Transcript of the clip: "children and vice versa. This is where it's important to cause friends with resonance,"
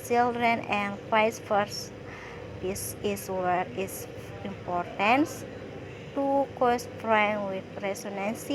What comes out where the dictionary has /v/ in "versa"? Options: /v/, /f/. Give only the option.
/f/